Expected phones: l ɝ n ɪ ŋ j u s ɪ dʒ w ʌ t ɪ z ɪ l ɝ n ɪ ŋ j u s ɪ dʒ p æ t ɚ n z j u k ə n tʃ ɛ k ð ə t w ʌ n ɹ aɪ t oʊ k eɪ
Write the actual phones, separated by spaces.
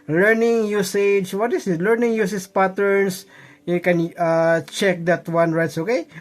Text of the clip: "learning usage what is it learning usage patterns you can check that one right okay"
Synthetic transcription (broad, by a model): l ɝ n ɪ ŋ j u s ɪ dʒ w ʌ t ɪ s ɪ l ɝ n ɪ ŋ j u s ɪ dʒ p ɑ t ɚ n s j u k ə n tʃ ɛ k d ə t w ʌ n ɹ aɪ t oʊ k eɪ